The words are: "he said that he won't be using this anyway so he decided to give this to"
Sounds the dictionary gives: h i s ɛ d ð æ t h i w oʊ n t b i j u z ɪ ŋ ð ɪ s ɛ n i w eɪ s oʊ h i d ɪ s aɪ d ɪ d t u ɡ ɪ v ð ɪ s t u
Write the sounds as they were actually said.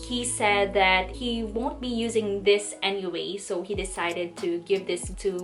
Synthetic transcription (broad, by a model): h i s ɛ d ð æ t h i w oʊ n t b i j u z ɪ ŋ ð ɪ s ɛ n i w eɪ s oʊ h i d ɪ s aɪ d ɪ d t u ɡ ɪ v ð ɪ s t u